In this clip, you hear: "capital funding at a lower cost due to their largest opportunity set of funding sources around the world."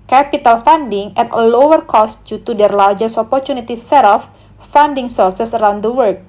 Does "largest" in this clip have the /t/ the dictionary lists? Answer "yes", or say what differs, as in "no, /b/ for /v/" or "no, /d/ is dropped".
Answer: no, /t/ is dropped